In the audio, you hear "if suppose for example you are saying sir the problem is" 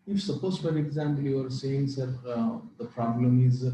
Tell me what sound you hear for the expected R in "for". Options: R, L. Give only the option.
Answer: L